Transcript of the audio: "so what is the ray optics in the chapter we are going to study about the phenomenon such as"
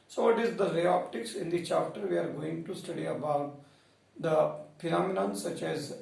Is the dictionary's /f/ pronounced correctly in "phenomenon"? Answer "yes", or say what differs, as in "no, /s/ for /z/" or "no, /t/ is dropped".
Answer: no, /p/ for /f/